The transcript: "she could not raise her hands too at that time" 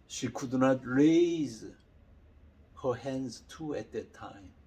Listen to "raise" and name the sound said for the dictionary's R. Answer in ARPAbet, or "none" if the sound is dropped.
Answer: R